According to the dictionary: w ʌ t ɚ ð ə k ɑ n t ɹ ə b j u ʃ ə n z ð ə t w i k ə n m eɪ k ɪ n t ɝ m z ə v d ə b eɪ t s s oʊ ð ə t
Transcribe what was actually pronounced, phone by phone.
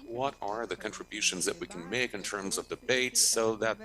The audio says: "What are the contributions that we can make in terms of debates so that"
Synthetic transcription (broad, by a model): w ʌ t ɚ ð ə k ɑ n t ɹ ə b j u ʃ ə n z ð ə t w i k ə n m eɪ k ɪ n t ɝ m z ə v d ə b eɪ t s s oʊ ð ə t